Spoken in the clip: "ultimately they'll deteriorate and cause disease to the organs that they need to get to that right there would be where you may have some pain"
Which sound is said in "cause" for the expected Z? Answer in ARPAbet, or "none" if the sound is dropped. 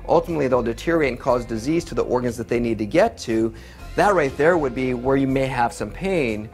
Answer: Z